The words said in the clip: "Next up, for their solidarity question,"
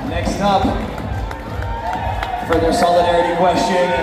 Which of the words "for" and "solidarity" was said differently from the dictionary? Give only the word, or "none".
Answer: none